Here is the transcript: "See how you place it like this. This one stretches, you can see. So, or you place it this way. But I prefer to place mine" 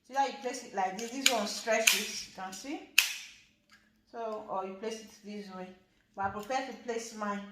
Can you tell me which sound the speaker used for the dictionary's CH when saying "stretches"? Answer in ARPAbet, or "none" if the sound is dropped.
S